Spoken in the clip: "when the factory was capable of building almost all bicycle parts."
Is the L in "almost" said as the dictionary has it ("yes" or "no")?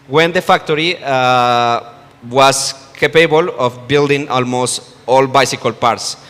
yes